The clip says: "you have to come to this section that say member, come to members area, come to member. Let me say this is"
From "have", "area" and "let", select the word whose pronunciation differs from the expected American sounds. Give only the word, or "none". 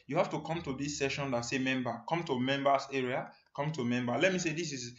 have